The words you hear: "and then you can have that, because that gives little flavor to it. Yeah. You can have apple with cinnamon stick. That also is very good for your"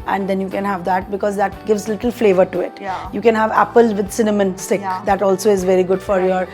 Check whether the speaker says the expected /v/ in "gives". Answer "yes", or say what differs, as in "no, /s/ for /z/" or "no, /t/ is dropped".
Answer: yes